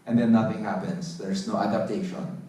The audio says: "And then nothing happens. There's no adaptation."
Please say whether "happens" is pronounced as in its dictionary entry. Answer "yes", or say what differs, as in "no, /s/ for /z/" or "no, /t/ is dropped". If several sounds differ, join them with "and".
no, /s/ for /z/